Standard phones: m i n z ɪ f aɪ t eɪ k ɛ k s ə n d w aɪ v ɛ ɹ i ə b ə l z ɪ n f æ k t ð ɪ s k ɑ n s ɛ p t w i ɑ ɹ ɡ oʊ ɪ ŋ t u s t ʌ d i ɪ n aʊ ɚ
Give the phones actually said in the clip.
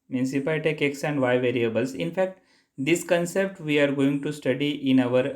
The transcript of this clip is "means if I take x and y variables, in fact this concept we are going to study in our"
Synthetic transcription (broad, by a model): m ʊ n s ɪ p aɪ t eɪ k ɛ k s ə n d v aɪ v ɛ ɹ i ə b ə l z ɪ n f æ k t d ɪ s k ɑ n s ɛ p t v i ɑ ɹ ɡ oʊ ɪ ŋ t u s t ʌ d i ɪ n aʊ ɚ